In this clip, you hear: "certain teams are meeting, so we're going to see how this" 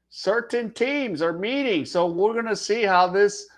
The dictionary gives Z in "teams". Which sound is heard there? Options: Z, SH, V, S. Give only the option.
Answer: Z